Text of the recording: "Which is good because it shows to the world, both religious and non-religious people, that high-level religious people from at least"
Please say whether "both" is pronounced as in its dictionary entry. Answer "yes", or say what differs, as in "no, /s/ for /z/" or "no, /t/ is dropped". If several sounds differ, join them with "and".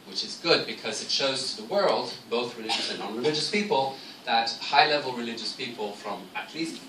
yes